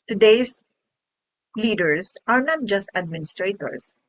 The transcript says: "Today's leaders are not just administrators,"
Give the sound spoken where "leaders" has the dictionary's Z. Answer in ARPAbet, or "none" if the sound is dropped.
S